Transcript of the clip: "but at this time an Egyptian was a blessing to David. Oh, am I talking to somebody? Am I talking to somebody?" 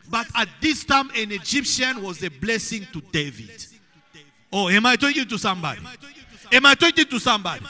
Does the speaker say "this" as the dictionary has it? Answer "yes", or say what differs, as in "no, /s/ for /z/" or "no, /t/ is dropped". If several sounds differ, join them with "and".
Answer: yes